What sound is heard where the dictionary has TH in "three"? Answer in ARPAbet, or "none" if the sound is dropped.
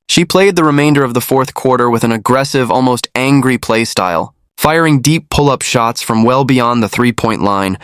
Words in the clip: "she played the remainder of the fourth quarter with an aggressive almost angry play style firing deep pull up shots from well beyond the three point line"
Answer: TH